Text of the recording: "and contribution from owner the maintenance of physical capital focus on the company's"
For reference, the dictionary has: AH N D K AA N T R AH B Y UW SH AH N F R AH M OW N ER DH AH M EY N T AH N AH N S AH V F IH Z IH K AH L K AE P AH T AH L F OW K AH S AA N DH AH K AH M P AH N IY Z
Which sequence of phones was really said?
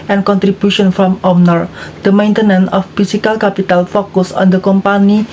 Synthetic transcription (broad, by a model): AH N K AA N T R AH B Y UW SH AH N F R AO M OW N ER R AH M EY N T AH N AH N AH F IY S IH K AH L K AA P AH T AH L F OW K AH S AA N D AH K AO M P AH N IY